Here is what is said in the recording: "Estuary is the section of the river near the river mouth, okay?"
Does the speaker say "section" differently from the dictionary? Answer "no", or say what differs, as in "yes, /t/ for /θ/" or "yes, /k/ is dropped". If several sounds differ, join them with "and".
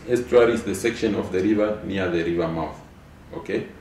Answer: no